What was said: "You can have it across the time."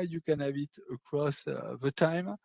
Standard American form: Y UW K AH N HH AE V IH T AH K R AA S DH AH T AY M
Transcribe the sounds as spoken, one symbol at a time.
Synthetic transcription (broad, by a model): Y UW K AH N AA B IH T AH K R AA S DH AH T AY M